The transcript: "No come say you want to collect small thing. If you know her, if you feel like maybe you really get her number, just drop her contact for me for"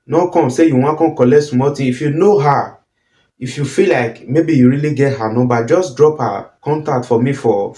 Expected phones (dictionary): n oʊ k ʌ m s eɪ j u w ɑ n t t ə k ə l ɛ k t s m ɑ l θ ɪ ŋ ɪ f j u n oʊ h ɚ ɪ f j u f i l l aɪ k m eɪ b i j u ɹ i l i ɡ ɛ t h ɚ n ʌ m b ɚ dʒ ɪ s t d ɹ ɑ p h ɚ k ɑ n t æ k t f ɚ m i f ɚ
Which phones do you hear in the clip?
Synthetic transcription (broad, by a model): n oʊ k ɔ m s eɪ j u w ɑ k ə k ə l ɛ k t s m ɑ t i ɪ f j u n oʊ h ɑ ɪ f j u f i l l aɪ k m eɪ b i j u ɹ i l i ɡ ɛ t h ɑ n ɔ b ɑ dʒ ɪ s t d ɹ ɑ p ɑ k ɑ n t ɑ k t f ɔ m i f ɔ